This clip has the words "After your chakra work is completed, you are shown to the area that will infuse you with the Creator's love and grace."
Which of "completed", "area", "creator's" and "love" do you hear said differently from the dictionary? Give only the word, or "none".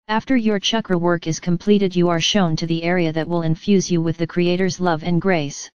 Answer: none